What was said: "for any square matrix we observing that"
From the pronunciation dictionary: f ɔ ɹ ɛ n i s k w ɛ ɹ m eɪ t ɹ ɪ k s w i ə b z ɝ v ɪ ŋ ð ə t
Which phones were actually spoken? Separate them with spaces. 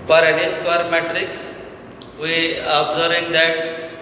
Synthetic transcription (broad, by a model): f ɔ ɹ ɛ n i s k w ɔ ɹ m eɪ t ɹ ɪ k s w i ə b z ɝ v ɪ ŋ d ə t